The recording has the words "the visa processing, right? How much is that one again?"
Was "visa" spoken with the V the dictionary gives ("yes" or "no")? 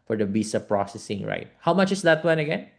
no